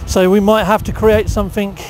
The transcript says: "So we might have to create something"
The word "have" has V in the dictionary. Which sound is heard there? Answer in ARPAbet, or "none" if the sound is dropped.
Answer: F